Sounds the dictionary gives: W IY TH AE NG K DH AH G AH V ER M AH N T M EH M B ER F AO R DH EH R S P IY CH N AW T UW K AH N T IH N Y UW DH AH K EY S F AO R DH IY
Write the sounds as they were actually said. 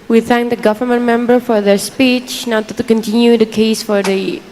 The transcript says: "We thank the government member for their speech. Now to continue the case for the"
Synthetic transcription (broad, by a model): W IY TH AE NG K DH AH G AH V ER M AH N T M EH M B ER F AO R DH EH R S P IY CH N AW T UW K AH N T IH N Y UW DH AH K EY S F AO R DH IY